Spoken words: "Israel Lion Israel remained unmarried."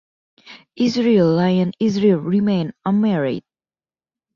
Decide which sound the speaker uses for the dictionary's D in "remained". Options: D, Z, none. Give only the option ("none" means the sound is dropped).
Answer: none